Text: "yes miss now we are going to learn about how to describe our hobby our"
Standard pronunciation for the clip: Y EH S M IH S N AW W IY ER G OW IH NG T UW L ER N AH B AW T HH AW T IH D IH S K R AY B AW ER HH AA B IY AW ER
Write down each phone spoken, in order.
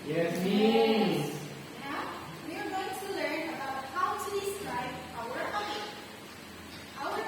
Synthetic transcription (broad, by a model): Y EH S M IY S N AW W IY ER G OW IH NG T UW L ER N AH B AW T HH AW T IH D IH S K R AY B AW ER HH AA IY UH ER